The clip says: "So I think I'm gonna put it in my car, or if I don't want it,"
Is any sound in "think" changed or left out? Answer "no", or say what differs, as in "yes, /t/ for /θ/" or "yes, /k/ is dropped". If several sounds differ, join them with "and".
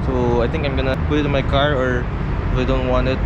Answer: yes, /t/ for /θ/